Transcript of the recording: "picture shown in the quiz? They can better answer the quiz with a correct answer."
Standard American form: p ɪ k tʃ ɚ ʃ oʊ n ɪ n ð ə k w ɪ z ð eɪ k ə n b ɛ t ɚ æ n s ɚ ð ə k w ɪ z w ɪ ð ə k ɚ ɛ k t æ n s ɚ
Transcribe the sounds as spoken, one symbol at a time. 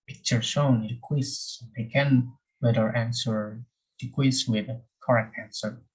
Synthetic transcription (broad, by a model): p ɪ k tʃ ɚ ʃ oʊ ɪ n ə k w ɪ s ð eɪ k ə n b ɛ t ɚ æ n s ɚ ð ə k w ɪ s w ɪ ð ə k ɚ ɛ k t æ n s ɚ